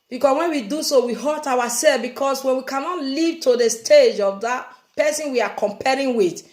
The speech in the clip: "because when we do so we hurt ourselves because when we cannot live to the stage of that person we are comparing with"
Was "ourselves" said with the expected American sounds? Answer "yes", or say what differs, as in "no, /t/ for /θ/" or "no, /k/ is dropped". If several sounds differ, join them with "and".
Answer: no, /w/ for /ɹ/